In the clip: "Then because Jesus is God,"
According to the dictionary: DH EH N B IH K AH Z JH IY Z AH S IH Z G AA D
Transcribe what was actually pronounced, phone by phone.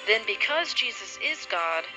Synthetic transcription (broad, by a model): DH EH N B IH K AH Z JH IY Z AH S IH Z G AA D